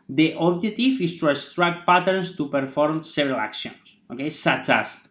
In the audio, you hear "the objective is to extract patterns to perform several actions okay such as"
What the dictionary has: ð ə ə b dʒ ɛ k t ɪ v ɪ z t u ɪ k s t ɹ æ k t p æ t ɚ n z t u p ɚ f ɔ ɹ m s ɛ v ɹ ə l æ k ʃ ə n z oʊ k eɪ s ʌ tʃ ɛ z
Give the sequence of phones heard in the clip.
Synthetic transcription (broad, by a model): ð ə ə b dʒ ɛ t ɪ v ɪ s t u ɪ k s t ɹ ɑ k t p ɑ t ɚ n s t u p ɚ f ɔ ɹ m s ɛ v ɹ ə l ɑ k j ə n s oʊ k eɪ s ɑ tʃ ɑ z